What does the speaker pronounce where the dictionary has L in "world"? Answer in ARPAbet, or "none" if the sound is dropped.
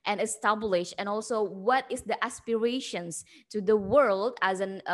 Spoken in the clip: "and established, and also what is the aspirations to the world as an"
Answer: L